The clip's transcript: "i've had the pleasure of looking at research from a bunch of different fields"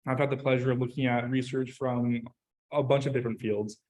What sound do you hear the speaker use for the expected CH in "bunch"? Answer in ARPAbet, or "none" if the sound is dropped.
CH